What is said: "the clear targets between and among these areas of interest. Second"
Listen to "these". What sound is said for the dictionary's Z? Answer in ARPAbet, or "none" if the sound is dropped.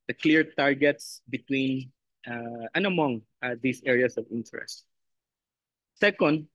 S